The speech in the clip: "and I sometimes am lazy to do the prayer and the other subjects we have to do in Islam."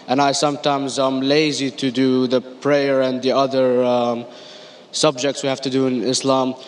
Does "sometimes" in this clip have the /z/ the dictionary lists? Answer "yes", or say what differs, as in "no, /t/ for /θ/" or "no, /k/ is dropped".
yes